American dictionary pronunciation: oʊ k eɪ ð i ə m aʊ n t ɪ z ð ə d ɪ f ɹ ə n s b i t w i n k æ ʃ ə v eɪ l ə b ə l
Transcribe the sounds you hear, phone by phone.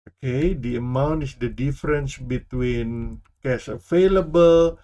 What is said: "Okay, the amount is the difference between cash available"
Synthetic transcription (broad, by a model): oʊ k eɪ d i ə m aʊ n t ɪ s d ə d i f ɹ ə n s b i t w i n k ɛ s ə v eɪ l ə b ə l